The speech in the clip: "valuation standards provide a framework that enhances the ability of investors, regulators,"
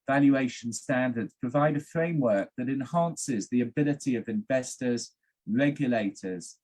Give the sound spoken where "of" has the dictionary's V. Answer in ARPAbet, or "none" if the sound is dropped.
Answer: V